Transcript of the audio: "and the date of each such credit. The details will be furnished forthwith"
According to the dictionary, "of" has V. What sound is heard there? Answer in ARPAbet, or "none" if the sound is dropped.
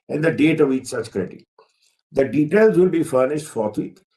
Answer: V